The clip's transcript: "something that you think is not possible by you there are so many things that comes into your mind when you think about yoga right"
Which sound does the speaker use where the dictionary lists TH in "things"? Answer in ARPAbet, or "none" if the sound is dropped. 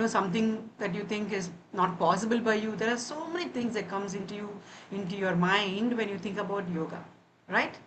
T